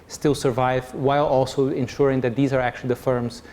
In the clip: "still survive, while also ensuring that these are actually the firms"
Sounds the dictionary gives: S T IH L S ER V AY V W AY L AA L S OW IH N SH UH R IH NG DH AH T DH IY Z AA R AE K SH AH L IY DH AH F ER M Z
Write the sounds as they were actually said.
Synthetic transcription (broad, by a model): S T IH L S ER V AY V W AY L AA L S OW IH N SH UH R IH NG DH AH T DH IY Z AA R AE K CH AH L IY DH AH F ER M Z